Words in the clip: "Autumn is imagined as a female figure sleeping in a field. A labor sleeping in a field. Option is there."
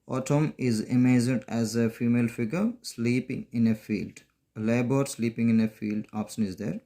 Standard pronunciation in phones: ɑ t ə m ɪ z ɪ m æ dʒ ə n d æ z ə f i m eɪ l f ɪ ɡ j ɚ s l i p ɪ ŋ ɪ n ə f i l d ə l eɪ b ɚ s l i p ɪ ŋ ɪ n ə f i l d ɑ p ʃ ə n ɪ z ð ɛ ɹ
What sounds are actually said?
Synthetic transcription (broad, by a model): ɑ t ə m ɪ z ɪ m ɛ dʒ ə d æ z ə f i m eɪ l f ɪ ɡ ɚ s l i p ɪ ŋ ɪ n ə f i l d ə l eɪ b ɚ s l i p ɪ ŋ ɪ n ə f i l d ɑ p ʃ ə n ɪ z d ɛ ɹ